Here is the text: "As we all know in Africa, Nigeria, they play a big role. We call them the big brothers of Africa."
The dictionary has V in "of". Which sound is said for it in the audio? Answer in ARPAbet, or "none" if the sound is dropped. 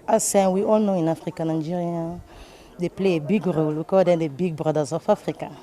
F